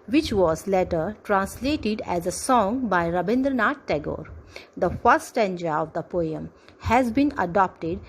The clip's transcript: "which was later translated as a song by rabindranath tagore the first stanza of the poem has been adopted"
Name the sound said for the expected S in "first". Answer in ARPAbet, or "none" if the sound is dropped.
none